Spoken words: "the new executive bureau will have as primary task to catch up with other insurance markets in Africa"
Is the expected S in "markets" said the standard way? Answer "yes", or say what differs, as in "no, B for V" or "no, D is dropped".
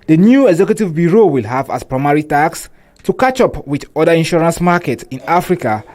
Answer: no, S is dropped